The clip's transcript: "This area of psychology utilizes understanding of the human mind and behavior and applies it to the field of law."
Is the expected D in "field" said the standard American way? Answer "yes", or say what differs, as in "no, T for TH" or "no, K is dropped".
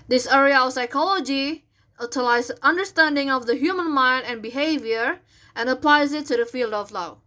yes